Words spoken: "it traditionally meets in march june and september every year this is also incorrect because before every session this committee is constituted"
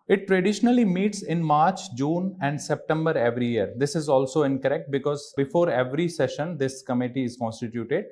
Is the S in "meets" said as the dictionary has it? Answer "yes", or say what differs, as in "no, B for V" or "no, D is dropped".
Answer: yes